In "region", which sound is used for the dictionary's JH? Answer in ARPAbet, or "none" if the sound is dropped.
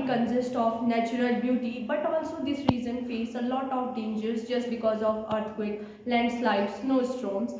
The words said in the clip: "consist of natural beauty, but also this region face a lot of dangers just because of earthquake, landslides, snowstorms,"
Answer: Z